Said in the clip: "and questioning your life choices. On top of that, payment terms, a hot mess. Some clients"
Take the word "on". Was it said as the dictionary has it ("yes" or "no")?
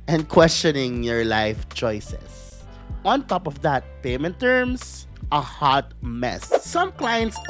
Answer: yes